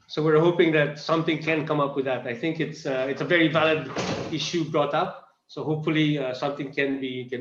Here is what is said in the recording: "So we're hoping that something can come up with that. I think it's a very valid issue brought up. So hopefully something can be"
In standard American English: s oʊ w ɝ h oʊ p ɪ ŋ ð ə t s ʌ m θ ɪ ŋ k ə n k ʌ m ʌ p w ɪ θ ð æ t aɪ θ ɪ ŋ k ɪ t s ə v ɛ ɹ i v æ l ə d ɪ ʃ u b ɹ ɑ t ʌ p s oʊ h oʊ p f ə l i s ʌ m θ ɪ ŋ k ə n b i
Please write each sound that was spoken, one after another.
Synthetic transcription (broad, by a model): s oʊ w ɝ h oʊ p ɪ ŋ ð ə t s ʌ m t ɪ ŋ k ə n k ʌ m ʌ p w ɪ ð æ t aɪ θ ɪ ŋ k ɪ t s ə v ɛ ɹ i v æ l ə d ɪ ʃ u b ɹ ɑ t ʌ p s oʊ h oʊ p f ə l i s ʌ m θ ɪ ŋ k ə n b i